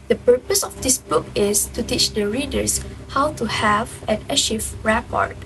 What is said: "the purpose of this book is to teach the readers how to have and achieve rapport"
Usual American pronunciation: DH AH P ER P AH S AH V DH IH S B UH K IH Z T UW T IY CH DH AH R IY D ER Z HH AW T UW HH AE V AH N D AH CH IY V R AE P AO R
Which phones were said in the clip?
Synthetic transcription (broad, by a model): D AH P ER P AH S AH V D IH S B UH K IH S T UW T IY CH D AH R IY D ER S HH AW T UW HH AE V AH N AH SH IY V R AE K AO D